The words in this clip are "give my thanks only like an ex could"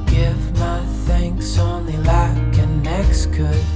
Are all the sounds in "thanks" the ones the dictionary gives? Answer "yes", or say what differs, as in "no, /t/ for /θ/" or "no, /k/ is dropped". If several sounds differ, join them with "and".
yes